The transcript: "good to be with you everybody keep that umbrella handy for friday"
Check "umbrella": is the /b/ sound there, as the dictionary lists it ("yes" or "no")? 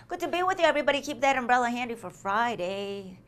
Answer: yes